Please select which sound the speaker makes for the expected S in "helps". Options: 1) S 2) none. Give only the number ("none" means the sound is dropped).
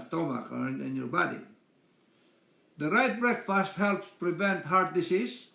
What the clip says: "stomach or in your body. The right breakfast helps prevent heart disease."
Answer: 1